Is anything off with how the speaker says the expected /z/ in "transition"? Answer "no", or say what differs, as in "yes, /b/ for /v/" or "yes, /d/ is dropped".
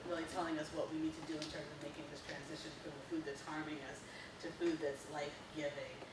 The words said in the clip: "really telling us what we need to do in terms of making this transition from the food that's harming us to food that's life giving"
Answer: no